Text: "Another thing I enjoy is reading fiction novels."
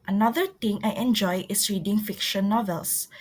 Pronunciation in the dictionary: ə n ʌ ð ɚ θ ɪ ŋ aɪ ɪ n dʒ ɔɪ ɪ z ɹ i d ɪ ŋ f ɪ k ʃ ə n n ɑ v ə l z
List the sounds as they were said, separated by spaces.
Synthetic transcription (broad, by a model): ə n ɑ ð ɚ t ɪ ŋ aɪ ɪ n dʒ ɔɪ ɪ s ɹ i d ɪ ŋ f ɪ k ʃ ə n n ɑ v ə l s